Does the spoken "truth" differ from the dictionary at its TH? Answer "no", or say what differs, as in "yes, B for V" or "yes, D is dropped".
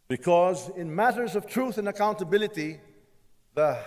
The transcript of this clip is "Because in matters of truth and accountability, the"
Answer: no